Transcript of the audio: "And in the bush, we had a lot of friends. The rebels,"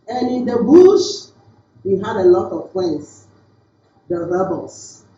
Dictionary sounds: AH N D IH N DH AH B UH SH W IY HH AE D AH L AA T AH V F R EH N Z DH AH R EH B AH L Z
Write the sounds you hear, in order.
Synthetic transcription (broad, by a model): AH N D IH N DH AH B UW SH W IY HH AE D AH L AA T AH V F EH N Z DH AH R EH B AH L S